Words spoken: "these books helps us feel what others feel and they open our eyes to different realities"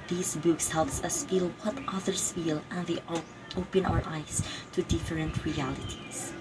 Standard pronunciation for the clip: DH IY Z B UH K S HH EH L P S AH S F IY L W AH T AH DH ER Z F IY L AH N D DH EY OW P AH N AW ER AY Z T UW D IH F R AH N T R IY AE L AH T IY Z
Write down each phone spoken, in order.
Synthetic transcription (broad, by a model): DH IY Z B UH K S HH EH L P S AH S F IY L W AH T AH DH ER S F IY L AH N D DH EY OW P AH N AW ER AY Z T UW D IH F R AH N T R IY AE L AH T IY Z